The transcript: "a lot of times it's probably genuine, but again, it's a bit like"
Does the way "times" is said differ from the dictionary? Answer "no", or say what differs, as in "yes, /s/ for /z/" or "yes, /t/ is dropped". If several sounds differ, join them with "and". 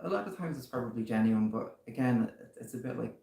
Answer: no